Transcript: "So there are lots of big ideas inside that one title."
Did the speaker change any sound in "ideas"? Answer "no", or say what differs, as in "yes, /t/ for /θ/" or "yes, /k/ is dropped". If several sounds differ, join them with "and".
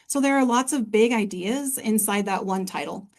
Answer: no